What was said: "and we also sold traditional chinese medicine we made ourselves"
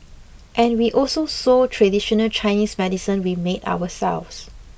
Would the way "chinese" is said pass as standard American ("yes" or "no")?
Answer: no